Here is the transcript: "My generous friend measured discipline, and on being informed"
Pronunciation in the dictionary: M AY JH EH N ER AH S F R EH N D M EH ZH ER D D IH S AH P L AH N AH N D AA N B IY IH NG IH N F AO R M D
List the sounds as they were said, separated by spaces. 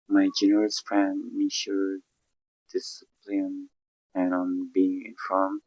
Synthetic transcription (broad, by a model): M AY JH EH N ER AH S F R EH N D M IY SH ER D D IH S AH P L AH N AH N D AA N B IY IH NG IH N F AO R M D